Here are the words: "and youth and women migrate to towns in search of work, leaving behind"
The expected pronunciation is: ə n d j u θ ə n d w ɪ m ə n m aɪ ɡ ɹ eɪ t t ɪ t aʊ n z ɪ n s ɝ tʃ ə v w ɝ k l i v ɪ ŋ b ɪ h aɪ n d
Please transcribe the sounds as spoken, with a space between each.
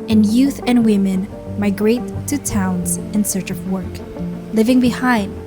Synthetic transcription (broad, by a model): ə n j u θ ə n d w ɪ m ə n m aɪ ɡ ɹ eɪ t t ɪ t aʊ n z ɪ n s ɝ tʃ ə v w ɝ k l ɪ v ɪ ŋ b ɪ h aɪ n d